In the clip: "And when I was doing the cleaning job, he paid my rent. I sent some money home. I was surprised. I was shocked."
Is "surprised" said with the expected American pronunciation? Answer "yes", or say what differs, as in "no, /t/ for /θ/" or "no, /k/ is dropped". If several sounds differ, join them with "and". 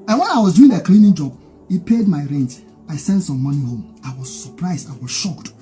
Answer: yes